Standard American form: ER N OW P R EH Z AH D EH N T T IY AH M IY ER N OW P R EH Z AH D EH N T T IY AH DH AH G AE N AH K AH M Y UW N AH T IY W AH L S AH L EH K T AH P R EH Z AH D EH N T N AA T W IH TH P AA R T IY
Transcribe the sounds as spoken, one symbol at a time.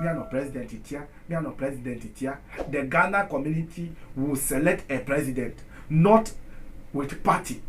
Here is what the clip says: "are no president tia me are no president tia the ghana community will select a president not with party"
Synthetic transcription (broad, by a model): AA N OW P R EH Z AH D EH N T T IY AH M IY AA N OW P R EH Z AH D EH N T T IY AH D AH G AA N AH K AH M Y UW N AH T IY W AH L S AH L EH K T AH P R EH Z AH D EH N T N AA T W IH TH P AA T IY